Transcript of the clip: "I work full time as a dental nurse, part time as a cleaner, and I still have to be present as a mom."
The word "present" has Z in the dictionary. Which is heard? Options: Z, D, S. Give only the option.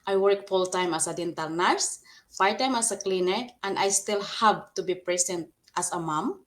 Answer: S